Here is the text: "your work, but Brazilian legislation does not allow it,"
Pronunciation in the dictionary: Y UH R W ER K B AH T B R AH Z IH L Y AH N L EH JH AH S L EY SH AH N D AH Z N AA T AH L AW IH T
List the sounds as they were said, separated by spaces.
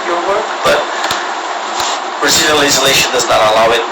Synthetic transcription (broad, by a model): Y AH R W ER K B AH T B R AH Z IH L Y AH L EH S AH L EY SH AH N D AH Z N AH T AH L AW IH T